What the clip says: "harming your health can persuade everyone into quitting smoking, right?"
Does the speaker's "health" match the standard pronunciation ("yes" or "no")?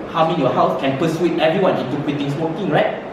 no